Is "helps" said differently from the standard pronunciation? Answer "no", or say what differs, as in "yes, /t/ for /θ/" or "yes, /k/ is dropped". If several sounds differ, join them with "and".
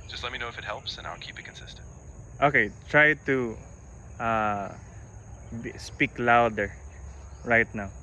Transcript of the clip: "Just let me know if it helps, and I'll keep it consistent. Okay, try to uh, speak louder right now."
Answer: no